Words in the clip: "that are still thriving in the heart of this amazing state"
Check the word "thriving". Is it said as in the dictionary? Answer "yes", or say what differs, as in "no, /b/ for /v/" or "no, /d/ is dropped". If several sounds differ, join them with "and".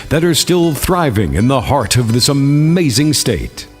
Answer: yes